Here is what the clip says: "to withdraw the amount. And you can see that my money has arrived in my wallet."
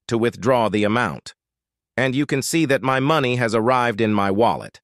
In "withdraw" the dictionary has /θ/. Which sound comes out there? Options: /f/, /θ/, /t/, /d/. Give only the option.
/θ/